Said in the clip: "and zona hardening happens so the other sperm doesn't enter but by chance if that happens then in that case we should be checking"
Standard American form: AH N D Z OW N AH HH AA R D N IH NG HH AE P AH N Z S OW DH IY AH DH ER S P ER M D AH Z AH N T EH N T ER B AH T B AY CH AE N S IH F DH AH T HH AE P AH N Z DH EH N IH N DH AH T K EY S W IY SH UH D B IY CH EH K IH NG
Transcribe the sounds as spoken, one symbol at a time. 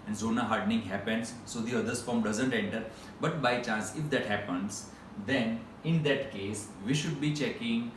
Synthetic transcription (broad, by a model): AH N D Z OW N AH HH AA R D N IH NG HH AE P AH N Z S OW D IY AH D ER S F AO M D AH Z AH N T EH N T ER B AH T B AY CH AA N S IH F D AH T HH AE P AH N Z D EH N IH N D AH T K EY S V IY SH UH D B IY CH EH K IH NG